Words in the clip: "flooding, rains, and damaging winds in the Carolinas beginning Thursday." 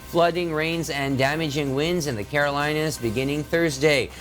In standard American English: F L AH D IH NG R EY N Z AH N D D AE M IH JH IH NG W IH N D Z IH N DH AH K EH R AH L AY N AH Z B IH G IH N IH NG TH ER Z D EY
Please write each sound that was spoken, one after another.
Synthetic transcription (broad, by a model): F L AH D IH NG R EY N Z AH N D D AE M IH JH IH NG W IH N D Z IH N DH AH K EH R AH L AY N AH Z B IH G IH N IH NG TH ER Z D EY